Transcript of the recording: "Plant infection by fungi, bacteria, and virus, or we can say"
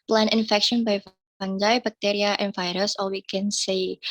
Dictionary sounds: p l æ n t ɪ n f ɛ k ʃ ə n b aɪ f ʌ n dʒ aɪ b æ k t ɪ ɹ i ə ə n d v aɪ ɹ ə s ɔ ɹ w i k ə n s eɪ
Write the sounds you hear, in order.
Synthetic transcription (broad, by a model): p l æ n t ɪ n f ɛ k ʃ ə n b aɪ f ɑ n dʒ aɪ b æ k t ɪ ɹ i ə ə n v aɪ ɹ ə s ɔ l w i k ə n s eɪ